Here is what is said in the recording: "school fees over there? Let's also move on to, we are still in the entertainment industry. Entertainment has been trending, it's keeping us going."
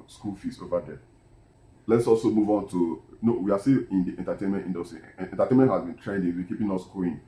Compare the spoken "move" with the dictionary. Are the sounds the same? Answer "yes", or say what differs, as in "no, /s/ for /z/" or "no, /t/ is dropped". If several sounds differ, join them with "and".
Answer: yes